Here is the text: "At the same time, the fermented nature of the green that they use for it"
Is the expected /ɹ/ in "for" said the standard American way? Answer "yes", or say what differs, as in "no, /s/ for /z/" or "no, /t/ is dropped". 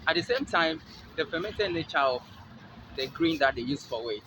no, /w/ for /ɹ/